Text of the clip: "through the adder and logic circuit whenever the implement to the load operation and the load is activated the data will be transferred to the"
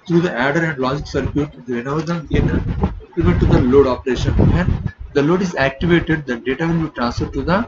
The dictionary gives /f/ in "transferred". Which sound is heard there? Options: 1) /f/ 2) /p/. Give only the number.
1